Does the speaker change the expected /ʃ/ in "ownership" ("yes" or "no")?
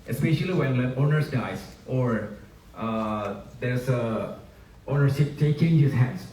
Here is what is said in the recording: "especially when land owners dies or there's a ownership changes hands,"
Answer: yes